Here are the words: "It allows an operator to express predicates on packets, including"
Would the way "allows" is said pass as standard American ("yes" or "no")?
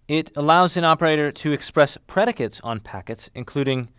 yes